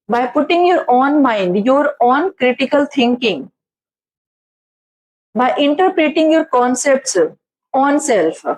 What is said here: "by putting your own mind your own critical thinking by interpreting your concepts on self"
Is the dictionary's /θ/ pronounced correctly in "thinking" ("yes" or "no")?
no